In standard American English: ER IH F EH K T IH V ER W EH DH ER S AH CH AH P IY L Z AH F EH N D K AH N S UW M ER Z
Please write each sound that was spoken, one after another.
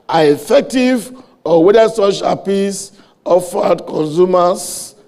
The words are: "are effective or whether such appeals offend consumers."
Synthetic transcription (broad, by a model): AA IH F EH K T IH V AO W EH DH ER S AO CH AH P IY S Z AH F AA D K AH N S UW M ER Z